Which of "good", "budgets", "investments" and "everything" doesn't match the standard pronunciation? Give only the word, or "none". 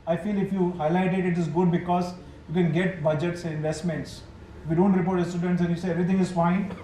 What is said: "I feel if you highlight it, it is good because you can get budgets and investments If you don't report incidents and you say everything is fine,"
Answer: everything